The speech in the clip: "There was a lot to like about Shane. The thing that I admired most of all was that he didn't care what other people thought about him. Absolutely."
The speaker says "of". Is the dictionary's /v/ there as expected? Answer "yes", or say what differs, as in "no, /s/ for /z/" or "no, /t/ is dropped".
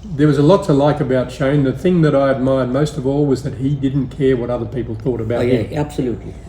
yes